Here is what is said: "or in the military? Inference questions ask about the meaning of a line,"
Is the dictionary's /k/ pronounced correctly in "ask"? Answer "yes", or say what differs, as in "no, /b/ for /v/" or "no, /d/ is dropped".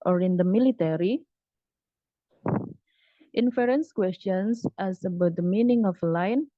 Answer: no, /k/ is dropped